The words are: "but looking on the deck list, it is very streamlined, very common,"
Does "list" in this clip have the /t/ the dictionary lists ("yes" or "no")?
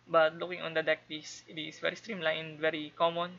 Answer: no